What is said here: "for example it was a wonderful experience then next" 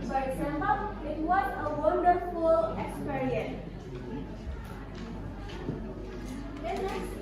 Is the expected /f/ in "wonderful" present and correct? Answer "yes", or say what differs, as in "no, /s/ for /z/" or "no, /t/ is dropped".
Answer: yes